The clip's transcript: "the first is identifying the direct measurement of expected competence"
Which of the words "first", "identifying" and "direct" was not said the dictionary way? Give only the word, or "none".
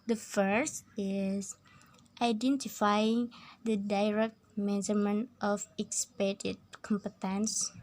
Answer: none